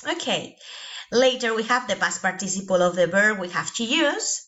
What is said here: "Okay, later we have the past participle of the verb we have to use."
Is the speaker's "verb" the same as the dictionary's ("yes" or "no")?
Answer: no